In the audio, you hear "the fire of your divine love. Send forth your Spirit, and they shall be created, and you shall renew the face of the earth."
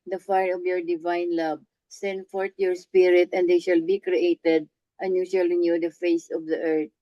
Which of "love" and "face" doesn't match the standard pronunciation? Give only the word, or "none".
love